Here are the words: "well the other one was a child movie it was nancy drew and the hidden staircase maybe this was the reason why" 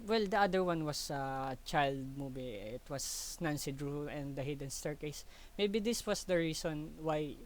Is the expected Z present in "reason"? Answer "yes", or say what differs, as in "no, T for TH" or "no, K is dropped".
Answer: no, S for Z